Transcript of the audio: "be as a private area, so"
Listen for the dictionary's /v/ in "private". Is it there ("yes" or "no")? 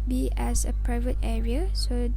yes